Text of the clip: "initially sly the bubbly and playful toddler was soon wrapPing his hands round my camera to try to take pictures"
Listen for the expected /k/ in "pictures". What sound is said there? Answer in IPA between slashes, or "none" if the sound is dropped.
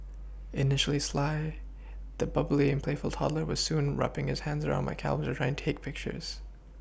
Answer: /k/